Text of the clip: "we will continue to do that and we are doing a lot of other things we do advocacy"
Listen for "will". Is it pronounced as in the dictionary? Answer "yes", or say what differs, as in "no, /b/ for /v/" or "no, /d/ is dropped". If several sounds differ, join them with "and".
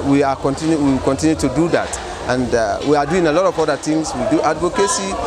no, /w/ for /l/